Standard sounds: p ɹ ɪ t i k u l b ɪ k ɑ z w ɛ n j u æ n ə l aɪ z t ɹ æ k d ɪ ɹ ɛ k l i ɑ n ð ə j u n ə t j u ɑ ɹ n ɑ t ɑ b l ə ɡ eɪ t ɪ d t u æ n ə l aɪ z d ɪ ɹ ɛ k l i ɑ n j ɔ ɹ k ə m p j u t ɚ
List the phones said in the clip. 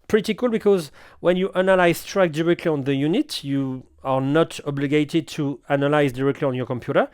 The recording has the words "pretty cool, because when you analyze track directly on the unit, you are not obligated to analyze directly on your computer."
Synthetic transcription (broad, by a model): p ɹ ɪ t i k u l b ɪ k ɑ z w ɛ n j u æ n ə l aɪ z t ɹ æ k d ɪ ɹ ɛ k l i ɑ n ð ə j u n ə t j u ɑ ɹ n ɑ t ɑ b l ə ɡ eɪ t ɪ d t u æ n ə l aɪ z d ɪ ɹ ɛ k l i ɑ n j ɔ ɹ k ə m p j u t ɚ